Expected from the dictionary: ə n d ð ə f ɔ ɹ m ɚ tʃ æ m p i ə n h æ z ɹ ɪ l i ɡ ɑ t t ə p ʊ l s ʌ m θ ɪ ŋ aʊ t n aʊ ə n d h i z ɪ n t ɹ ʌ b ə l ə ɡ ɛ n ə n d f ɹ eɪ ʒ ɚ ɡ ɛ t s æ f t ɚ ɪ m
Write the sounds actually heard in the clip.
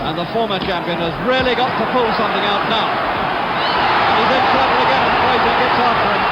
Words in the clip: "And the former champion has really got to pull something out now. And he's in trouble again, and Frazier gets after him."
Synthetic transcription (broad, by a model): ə n ð ə f ɔ ɹ m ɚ tʃ æ m p i ə n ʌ z ɹ ɪ l i ɡ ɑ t t ə p ʊ l s ʌ m θ ɪ ŋ aʊ t n aʊ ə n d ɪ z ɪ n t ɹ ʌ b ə l ə ɡ ɛ n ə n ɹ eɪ z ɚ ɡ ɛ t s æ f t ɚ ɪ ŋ